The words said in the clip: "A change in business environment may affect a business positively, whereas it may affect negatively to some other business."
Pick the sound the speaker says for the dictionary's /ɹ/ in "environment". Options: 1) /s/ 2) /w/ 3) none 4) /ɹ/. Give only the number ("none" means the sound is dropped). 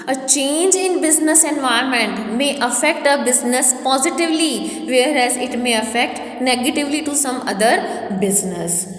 3